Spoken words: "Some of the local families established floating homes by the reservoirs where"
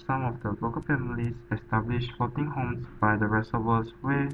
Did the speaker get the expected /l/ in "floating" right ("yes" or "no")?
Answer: no